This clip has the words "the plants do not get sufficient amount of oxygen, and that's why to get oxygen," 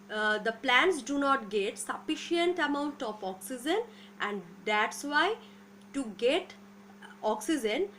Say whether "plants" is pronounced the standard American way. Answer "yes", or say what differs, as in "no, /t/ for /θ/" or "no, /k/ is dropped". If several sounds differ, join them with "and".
yes